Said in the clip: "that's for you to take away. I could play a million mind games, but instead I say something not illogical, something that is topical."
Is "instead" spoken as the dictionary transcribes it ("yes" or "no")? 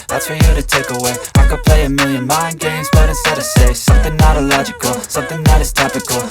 no